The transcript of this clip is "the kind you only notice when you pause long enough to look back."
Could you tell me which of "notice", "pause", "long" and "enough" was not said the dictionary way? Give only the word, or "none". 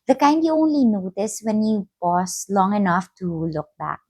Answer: pause